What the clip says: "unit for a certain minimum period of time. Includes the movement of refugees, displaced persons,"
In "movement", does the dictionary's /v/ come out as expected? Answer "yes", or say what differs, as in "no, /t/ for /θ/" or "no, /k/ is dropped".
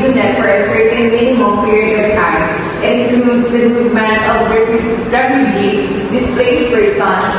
no, /v/ is dropped